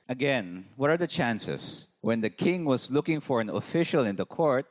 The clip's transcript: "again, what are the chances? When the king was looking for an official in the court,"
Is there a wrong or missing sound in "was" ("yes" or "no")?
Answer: yes